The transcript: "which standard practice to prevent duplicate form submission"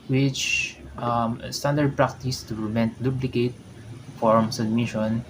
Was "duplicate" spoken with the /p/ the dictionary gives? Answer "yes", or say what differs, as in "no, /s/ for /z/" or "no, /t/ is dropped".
no, /b/ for /p/